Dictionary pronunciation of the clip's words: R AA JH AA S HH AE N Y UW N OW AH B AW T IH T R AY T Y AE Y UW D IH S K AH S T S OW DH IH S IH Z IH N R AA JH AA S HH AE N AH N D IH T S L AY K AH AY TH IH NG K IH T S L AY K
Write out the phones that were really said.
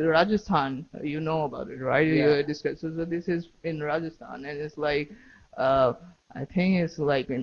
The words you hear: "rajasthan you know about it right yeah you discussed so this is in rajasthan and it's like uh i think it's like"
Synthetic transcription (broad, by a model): R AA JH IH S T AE N Y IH N OW AH B AW T IH T R AY T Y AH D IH S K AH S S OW DH IH S IH Z IH N R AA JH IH S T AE N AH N IH T S L AY K AH AY TH IH NG K IH T S L AY K